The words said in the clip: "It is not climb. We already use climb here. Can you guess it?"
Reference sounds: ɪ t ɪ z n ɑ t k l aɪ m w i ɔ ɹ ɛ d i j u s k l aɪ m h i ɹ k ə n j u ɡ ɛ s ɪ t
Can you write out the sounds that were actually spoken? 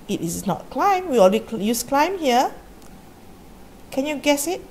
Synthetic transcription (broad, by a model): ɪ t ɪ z n ɑ t k l aɪ m w i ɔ l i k j u s k l aɪ m h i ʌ k ə n j u ɡ ɛ s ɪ t